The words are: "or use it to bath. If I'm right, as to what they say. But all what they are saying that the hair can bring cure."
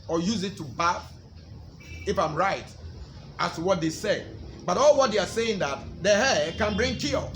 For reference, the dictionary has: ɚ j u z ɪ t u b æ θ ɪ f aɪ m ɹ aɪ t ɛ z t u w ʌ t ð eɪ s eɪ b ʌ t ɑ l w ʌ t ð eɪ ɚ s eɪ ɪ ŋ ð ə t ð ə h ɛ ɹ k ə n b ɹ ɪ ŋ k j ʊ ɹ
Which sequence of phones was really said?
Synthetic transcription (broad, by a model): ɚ j u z ɪ t u b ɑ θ ɪ f aɪ m ɹ aɪ t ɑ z t u w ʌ t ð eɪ s eɪ b ʌ t ɑ l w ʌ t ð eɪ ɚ s eɪ ɪ ŋ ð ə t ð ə h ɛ k ə n b ɹ ɪ ŋ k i